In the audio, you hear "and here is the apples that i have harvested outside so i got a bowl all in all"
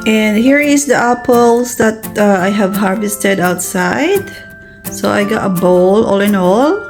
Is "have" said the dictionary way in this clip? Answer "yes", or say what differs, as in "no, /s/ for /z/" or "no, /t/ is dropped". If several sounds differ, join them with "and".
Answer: yes